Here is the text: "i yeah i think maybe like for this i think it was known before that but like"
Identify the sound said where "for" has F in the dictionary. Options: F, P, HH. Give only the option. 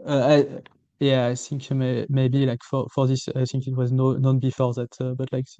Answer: F